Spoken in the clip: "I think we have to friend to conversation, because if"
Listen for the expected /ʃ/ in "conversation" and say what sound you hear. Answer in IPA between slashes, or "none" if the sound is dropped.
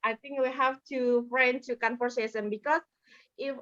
/s/